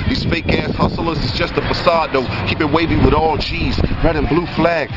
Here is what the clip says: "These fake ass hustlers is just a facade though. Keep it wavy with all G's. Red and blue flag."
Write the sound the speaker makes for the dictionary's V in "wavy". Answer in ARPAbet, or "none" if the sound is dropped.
V